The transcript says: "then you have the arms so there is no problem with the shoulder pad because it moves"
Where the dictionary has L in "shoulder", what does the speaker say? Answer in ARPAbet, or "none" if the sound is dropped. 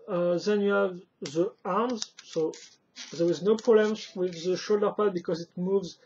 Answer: L